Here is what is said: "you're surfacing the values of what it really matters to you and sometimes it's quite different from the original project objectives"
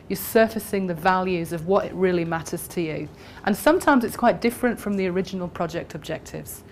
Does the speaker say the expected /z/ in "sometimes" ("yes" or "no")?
yes